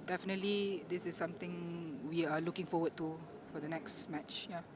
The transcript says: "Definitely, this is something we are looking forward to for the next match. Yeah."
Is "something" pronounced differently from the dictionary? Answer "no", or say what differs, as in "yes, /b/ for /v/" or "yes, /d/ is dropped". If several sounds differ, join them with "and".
yes, /t/ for /θ/